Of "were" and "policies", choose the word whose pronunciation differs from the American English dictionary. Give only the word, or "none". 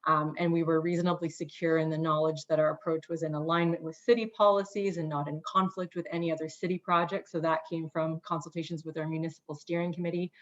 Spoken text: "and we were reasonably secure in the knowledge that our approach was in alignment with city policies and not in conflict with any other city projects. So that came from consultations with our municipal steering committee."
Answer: none